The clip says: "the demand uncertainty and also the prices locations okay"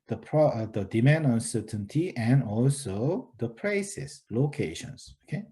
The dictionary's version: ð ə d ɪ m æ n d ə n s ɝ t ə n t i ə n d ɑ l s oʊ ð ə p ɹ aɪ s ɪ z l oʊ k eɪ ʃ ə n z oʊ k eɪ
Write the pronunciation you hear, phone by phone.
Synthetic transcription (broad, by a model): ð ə d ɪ m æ n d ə n s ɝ t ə n t i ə n ɑ l s oʊ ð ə p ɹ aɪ s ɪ s l oʊ k eɪ ʃ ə n s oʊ k eɪ